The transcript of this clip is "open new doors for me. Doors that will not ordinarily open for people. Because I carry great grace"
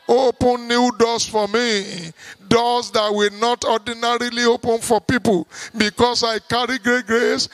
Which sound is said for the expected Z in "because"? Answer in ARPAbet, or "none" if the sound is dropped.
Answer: S